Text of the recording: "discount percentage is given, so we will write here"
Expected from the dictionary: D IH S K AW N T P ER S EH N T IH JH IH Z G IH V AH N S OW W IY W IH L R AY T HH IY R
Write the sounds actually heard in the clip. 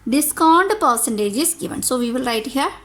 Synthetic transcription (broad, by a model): D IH S K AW N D P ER S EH N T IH JH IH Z G IH V AH N S OW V IY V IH L R AY T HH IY R